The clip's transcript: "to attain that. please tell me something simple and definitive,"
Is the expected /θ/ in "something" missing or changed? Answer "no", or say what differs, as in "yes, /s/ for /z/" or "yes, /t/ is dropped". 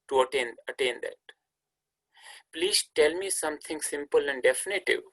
yes, /t/ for /θ/